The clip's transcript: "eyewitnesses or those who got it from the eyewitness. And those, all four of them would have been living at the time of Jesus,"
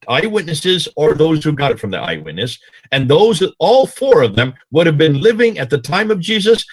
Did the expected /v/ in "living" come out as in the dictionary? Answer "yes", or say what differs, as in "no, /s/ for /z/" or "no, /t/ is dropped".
yes